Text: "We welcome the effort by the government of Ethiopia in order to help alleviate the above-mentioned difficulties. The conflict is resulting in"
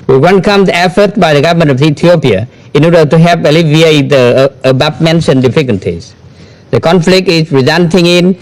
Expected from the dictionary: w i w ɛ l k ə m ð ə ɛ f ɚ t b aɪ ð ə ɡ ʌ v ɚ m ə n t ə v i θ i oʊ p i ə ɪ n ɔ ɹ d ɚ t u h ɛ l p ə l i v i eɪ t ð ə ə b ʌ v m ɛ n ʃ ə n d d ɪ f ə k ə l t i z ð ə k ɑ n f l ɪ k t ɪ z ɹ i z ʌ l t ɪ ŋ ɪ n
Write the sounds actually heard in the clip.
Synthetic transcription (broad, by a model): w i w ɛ n k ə m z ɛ f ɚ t b aɪ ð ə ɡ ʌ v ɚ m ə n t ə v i t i oʊ p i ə ɪ n ɔ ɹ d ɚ t u h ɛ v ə l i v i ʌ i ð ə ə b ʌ p m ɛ n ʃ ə n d d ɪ f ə k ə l t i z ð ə k ɑ n f l ɪ k t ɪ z ɹ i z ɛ n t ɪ ŋ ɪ n